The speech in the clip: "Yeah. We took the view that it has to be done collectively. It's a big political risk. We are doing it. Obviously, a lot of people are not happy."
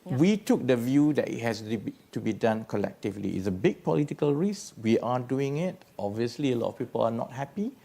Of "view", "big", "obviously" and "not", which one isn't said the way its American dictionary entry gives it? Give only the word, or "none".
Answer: none